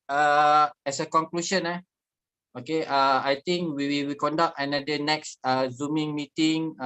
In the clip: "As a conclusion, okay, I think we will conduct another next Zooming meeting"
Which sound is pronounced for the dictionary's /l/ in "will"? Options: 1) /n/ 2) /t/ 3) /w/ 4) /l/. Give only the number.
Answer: 3